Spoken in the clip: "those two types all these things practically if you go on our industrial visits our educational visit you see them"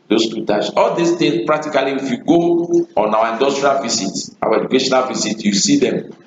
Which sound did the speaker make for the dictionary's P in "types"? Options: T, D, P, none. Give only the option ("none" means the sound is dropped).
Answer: none